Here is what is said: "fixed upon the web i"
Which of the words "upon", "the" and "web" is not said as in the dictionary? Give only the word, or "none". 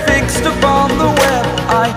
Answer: web